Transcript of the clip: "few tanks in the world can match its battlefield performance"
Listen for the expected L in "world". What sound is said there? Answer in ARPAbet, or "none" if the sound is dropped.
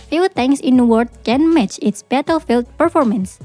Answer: none